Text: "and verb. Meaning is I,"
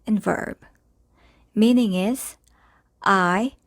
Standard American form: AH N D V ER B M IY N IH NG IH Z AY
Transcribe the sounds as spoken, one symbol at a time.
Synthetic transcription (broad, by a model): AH N V ER B M IY N IH NG IH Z AY